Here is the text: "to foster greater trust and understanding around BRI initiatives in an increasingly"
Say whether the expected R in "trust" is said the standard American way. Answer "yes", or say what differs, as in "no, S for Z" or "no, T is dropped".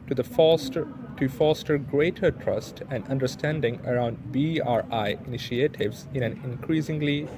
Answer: yes